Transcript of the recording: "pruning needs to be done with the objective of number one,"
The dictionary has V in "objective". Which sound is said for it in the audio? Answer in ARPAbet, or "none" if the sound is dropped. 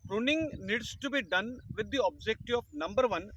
none